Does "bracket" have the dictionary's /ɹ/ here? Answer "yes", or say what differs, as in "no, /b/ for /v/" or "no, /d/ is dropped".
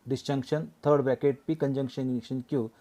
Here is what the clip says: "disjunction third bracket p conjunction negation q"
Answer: no, /ɹ/ is dropped